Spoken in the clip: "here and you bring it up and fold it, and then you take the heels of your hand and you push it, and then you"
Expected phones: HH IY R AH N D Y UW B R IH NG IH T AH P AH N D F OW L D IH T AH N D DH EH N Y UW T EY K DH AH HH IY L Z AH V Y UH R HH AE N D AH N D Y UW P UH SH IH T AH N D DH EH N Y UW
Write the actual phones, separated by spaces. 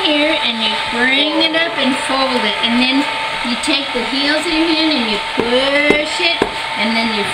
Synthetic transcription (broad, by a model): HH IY R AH N Y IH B R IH NG IH T AH P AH N F OW L D IH T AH N DH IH N Y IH T EY K DH AH HH IY L Z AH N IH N AH N Y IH P UH SH IH T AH N DH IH N Y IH